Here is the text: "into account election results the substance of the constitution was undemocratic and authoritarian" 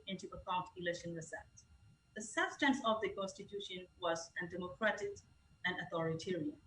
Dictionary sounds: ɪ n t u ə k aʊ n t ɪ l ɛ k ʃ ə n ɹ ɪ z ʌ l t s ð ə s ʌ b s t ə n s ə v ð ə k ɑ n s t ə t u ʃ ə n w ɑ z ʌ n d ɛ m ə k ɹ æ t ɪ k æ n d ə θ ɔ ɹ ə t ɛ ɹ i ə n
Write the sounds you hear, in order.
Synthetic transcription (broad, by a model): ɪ n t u ə k aʊ n t ɪ l ɛ k ʃ ə n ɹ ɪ s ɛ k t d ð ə s ʌ b s t ə n s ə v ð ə k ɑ n s t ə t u ʃ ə n w ɑ z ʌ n d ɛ m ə k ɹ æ t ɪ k æ n d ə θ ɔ ɹ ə t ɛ ɹ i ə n